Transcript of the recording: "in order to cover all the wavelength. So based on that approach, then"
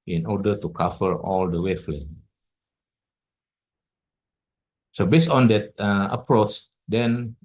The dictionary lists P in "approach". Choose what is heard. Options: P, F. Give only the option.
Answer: P